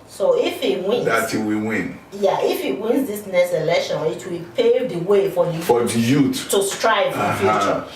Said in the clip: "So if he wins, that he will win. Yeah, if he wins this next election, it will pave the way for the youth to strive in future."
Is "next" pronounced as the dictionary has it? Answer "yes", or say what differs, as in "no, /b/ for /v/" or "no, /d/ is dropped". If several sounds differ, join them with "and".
no, /k/ is dropped